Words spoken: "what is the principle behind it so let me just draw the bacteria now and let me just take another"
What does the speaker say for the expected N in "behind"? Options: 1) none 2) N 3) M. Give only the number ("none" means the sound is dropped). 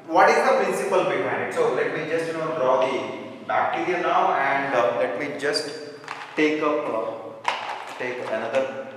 1